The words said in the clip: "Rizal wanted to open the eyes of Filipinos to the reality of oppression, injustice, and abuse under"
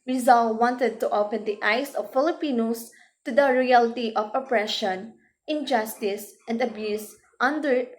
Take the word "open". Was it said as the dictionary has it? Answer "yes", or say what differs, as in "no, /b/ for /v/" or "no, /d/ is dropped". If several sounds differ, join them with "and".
yes